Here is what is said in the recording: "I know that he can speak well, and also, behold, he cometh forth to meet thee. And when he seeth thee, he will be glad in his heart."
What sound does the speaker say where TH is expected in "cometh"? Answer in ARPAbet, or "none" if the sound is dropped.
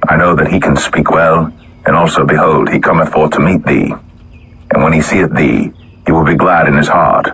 TH